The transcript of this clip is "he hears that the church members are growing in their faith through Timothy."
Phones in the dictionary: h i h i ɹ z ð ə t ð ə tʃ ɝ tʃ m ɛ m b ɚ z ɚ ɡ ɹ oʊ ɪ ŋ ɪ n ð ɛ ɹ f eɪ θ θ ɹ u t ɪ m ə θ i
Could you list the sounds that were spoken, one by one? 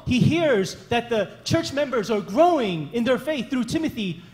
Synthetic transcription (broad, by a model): h i h i ɹ z ð ə t ð ə tʃ ɝ tʃ m ɛ m b ɚ z ɚ ɡ ɹ oʊ ɪ ŋ ɪ n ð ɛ ɹ f eɪ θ θ ɹ u t ɪ m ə θ i